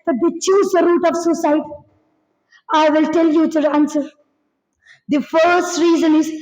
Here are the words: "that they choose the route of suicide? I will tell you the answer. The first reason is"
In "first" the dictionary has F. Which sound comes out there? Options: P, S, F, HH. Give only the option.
F